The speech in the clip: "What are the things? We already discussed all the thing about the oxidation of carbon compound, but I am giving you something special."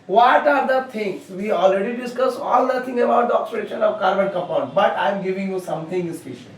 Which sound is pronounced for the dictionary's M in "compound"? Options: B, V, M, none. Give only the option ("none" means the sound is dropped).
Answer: none